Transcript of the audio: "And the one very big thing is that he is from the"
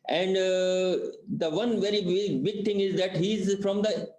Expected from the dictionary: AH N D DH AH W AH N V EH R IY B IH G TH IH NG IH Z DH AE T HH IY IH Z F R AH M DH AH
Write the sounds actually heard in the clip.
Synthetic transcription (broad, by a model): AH N D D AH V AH N V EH R IY B IH G T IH NG IH Z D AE T HH IY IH Z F R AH M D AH